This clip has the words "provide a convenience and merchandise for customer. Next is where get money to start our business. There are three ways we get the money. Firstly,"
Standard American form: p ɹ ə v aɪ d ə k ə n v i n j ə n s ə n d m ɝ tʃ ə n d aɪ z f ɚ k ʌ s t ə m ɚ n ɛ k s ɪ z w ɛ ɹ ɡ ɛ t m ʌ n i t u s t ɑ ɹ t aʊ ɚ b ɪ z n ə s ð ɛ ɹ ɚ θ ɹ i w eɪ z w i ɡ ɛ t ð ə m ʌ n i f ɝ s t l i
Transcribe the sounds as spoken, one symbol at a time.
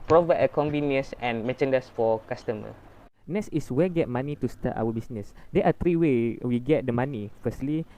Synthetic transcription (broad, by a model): p ɹ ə v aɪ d ə k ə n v i n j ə n s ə n m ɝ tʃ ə n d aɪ s f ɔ k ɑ s t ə m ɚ n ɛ s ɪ s w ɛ ɡ ɛ t m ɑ n i t u s t ɑ t aʊ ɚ b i s n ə s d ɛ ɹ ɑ t ɹ i w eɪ w i ɡ ɛ t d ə m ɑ n i f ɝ s t l i